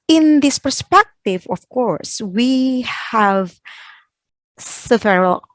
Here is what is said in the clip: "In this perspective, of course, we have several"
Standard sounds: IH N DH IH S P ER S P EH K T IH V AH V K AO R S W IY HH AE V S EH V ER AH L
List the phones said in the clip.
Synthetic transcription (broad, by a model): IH N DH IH S P ER S P EH K T IH V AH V K AO R S W IY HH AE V S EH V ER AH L